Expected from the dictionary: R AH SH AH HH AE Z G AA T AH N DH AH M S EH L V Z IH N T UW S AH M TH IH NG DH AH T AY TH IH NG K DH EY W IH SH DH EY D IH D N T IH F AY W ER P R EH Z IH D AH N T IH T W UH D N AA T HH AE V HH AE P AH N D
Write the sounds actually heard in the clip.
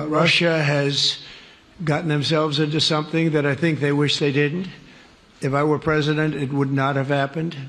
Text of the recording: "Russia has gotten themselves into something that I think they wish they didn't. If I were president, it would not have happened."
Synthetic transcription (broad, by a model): R AH SH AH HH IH Z G AA T N DH AH M S EH L V Z IH N T UW S AH M TH IH NG DH AH T AY TH IH NG K DH EY W IH SH DH EY D IH D N T IH F AY W ER P R EH Z IH D AH N T IH T W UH D N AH T HH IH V HH AE P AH N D